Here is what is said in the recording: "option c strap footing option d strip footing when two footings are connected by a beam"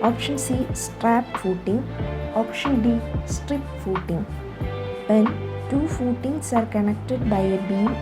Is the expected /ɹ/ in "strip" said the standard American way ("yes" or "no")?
yes